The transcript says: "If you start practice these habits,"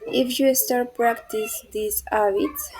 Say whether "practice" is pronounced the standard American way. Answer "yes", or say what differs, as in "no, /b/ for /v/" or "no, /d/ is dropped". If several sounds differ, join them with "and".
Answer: yes